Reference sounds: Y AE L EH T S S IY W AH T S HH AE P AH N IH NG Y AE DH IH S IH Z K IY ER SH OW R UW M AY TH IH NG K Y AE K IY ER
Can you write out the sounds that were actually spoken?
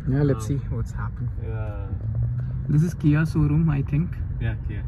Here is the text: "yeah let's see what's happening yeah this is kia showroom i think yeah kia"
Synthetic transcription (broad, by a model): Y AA L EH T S S IY W AH T S HH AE P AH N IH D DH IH S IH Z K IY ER S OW R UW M AY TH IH NG K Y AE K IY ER